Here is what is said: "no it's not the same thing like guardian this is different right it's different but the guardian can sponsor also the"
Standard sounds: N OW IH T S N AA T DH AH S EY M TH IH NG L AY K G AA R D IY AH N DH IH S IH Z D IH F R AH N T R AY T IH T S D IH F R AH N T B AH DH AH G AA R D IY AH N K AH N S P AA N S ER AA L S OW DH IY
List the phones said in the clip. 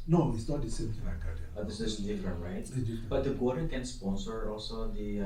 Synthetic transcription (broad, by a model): N OW IH T S N AA T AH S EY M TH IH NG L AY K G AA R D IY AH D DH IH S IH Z D IH F R AH N T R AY IH T S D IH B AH T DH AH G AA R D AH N K AH N S P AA N S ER AA L S OW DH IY